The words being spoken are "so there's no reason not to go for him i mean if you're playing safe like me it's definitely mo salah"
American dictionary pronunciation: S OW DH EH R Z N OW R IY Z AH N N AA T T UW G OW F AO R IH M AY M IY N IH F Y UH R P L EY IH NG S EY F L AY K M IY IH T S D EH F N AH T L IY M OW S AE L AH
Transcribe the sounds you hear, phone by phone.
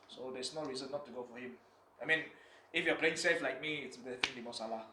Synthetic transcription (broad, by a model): S OW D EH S N OW R IY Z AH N N AA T T UW G OW F AO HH IH M AY M IY N IH F Y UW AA P L EY IH NG S EY F L AY K M IY IH T S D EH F AH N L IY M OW S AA L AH